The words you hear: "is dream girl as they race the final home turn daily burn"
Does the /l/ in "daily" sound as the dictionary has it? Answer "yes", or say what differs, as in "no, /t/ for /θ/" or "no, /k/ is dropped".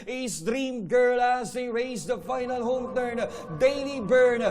no, /n/ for /l/